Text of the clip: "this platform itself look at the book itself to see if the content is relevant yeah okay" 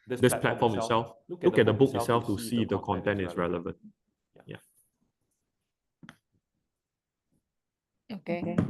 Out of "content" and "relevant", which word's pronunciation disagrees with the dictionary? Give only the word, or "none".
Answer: none